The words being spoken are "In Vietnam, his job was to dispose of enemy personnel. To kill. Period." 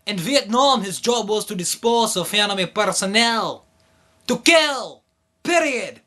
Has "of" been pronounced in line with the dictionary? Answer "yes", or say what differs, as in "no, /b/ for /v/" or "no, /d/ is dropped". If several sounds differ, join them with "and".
no, /f/ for /v/